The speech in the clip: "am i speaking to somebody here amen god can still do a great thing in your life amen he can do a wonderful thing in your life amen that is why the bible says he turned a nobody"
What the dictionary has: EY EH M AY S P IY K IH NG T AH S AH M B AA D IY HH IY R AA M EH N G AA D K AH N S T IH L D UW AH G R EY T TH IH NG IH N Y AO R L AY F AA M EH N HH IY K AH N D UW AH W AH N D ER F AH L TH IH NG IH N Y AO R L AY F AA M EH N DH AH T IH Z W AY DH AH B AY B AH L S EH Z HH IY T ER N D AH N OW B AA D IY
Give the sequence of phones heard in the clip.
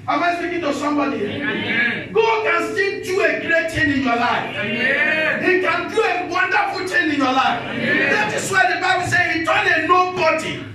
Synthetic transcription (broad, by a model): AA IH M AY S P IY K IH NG T AH S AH M B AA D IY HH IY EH G AA D K AH N S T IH D UW AH G R EY T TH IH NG IH N Y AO L AY F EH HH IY K AH N D UW AH W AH N D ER F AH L T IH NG IH N Y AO L AY F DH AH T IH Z W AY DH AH B AY B AH L S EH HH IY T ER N AH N OW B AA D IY